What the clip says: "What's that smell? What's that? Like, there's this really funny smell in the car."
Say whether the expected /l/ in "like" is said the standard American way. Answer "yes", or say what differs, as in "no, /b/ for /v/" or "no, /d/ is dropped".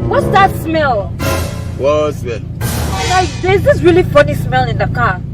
no, /n/ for /l/